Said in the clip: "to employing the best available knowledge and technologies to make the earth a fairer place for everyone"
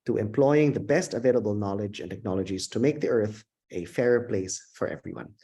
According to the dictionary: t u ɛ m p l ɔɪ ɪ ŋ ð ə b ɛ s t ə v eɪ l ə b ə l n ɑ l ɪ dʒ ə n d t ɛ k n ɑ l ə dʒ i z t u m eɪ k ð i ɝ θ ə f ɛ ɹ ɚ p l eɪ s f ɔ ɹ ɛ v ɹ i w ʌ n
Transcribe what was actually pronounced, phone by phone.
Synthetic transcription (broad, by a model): t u ɛ m p l ɔɪ ɪ ŋ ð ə b ɛ s t ə v eɪ l ə b ə l n ɑ l ɪ dʒ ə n t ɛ k n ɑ l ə dʒ i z t u m eɪ k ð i ɝ θ ə f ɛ ɹ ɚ p l eɪ s f ɔ ɹ ɛ v ɹ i w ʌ n